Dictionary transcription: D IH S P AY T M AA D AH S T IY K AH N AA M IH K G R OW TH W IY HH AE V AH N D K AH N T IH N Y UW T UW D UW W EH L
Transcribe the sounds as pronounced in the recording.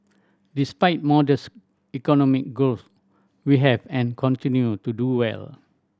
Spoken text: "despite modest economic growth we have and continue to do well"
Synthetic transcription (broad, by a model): D IH S P AY T M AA D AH S IY K AH N AA M IH K G OW S W IY HH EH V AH N K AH N T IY N Y UW T UW D UW W EH L